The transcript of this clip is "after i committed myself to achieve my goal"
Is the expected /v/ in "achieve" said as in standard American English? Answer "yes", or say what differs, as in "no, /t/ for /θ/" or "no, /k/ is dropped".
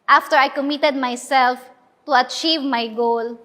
yes